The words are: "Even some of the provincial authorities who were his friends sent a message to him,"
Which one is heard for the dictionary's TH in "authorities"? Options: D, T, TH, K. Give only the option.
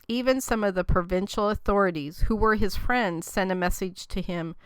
TH